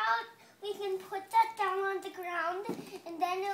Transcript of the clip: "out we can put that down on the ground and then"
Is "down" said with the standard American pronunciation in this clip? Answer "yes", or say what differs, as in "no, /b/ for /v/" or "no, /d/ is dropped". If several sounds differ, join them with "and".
yes